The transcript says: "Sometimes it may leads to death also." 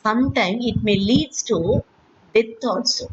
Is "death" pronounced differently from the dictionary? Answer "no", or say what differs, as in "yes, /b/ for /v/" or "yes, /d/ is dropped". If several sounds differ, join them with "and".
yes, /t/ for /θ/